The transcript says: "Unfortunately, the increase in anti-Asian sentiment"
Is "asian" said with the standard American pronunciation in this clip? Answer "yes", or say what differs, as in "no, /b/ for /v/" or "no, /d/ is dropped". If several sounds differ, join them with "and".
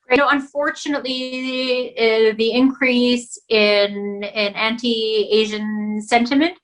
yes